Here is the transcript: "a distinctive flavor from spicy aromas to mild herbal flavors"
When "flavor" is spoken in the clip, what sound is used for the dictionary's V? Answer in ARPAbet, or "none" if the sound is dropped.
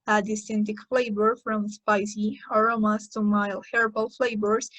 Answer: B